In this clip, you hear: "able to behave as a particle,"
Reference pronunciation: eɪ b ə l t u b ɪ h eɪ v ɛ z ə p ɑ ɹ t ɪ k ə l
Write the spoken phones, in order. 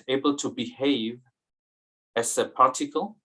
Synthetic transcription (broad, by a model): eɪ b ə l t u b ɪ h eɪ v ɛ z ə p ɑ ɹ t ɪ k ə l